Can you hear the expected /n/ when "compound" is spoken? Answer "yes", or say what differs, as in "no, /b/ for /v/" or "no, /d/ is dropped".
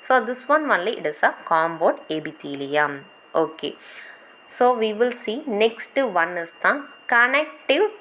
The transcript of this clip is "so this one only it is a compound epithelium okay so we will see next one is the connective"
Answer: no, /n/ is dropped